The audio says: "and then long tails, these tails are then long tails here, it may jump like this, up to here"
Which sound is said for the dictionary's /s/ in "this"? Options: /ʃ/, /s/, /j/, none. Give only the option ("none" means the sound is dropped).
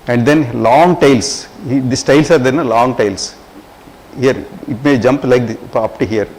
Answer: none